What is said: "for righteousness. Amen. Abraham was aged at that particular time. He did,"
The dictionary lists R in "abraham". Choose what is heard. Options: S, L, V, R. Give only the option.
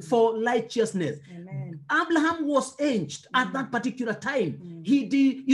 L